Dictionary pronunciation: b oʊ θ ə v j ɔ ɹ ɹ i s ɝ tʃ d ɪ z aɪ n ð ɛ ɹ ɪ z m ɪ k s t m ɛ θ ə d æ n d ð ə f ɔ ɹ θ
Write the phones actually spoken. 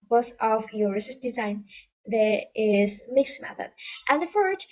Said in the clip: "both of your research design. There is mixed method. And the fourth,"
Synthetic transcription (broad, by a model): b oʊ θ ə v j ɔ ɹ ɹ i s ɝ s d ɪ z aɪ n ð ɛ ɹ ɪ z m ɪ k s m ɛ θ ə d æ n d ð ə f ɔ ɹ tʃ